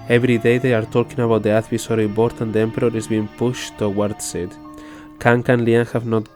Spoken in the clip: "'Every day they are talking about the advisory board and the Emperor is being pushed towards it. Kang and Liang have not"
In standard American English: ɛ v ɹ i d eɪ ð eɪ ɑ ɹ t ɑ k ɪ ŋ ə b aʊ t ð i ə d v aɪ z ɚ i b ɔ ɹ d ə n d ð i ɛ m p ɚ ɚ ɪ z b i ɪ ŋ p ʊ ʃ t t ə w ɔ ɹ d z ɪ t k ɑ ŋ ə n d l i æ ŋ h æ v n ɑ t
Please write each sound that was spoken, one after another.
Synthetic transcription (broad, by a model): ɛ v ɹ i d eɪ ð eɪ ɑ ɹ t ɑ k ɪ ŋ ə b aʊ t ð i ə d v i s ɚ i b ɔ ɹ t ə n d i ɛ m p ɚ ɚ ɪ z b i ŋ p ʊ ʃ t t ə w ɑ ɹ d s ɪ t k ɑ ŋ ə n l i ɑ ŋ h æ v n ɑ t